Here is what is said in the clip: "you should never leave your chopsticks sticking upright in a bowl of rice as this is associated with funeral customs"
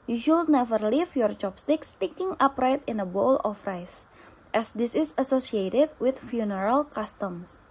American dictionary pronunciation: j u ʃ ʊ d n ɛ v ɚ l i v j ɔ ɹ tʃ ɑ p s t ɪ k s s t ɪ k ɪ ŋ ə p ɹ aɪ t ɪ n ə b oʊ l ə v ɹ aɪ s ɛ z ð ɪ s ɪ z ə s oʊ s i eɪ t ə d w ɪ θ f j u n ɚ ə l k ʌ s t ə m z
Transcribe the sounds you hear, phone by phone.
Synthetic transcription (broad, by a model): j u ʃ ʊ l n ɛ v ɚ l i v j ɔ ɹ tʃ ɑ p s t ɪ k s s t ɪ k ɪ ŋ ə p ɹ aɪ t ɪ n ə b oʊ l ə f ɹ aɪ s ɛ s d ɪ s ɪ s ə s oʊ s i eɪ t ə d w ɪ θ f j u n ɚ ə l k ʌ s t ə m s